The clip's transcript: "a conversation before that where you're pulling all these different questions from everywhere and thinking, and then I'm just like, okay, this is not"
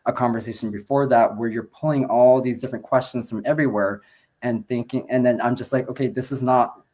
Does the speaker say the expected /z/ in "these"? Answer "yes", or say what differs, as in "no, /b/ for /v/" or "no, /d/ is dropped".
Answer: yes